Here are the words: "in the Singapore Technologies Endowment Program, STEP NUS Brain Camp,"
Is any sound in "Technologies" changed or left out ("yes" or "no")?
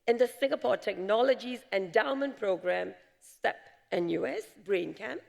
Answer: no